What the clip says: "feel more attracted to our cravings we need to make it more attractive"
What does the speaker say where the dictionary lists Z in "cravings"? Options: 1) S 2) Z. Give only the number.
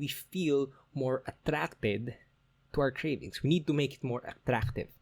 1